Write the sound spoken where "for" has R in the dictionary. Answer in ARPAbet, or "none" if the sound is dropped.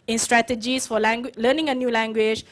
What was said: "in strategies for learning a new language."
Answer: W